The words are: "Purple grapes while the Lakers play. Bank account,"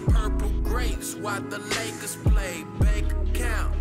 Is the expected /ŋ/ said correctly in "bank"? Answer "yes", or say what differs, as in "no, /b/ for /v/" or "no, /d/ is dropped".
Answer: no, /ŋ/ is dropped